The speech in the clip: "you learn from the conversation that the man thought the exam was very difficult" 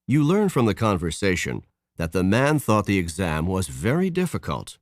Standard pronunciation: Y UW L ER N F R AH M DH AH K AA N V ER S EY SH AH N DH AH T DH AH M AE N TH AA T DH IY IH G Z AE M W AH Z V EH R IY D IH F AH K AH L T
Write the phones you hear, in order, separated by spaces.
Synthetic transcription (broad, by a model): Y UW L ER N F R AH M DH AH K AA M V ER S EY SH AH N DH AH T DH AH M AE N TH AA T DH IY IH G Z AE M W AH Z V EH R IY D IH F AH K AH L T